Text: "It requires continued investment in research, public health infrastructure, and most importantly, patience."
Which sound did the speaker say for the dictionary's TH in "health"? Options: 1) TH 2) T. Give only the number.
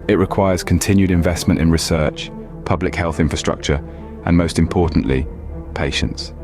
1